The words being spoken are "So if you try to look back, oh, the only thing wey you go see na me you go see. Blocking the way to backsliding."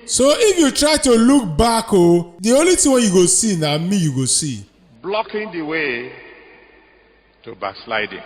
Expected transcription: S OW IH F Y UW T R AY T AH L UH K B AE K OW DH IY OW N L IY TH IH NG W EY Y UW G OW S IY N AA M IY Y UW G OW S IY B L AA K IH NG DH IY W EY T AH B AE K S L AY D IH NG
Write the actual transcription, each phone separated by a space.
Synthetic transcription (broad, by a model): S OW IH F Y UW T R AY T AH L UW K B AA K OW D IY OW L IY T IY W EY Y UW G OW S IY N AA M IY Y UW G OW S IY B L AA K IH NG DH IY W EY T AH B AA K S L AY D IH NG